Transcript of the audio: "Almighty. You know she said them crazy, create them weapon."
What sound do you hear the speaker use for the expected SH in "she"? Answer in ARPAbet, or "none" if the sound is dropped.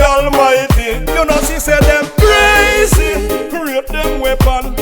S